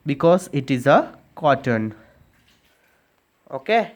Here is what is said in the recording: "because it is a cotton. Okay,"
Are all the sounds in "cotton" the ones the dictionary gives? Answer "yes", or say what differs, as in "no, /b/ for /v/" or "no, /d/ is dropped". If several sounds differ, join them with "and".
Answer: yes